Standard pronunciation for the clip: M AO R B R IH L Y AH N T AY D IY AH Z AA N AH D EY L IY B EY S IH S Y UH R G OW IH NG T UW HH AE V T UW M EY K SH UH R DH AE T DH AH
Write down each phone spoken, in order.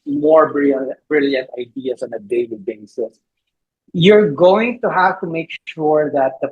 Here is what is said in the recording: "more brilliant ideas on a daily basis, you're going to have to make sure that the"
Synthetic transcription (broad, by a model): M AO R B R IH L Y AH N T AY D IY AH S AA N AH D EY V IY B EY S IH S Y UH R G OW IH NG T UW HH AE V T UW M EY K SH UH R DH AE T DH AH